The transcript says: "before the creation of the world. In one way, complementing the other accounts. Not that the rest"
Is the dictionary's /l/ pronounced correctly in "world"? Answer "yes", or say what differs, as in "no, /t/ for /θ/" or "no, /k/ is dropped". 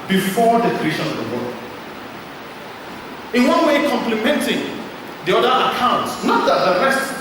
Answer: no, /l/ is dropped